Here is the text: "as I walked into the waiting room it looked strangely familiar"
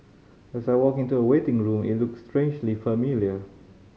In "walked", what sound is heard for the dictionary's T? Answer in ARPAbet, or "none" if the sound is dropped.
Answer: none